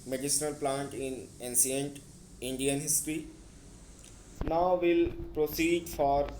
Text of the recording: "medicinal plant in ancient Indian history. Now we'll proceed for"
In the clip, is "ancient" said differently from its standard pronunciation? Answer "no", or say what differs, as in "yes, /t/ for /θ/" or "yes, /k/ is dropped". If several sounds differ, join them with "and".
yes, /s/ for /ʃ/